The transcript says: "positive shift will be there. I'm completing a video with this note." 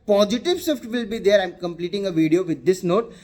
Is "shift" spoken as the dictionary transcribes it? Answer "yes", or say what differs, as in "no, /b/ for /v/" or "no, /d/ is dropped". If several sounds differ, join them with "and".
no, /s/ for /ʃ/